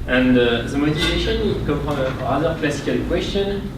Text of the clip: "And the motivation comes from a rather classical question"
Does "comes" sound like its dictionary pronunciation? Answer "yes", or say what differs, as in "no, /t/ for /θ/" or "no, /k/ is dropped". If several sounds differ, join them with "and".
no, /z/ is dropped